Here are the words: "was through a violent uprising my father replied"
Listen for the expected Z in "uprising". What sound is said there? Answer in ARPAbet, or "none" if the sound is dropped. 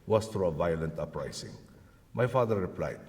S